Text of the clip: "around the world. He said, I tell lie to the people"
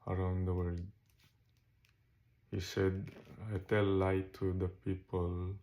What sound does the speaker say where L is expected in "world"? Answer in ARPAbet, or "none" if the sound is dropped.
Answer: none